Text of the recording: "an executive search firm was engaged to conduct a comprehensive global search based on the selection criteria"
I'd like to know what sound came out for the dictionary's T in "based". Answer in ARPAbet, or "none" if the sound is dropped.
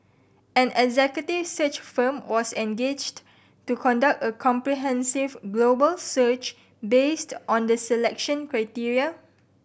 T